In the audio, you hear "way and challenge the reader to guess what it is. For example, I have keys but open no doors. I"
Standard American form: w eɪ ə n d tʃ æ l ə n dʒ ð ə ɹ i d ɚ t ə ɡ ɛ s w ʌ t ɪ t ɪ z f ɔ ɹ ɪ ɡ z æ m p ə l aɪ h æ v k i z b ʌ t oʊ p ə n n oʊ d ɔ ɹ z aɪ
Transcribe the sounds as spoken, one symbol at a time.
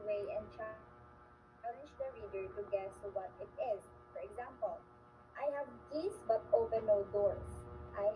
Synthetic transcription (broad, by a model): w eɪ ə n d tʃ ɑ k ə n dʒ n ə ɹ i d ɚ t ə ɡ ɛ s w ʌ t ɪ t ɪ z f ɔ ɹ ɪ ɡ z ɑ m p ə l aɪ h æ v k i s b ʌ t oʊ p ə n n oʊ d ɔ ɹ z aɪ